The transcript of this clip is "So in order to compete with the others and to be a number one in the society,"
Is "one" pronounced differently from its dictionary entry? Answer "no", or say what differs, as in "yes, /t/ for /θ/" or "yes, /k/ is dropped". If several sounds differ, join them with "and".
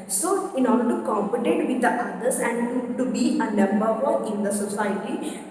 yes, /n/ is dropped